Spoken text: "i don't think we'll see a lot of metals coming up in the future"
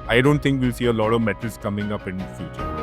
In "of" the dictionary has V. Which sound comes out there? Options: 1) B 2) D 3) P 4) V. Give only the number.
4